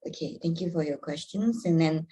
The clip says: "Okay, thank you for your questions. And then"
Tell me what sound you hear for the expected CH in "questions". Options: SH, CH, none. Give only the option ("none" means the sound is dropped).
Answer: CH